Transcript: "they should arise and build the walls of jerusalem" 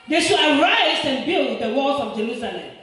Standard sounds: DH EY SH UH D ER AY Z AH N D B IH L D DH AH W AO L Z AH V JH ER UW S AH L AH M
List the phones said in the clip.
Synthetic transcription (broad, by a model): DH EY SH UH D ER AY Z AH N B IH L D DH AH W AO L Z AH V JH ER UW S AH L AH M